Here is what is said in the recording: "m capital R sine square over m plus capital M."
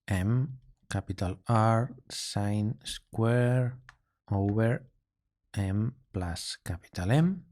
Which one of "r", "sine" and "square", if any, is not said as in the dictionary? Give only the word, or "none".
none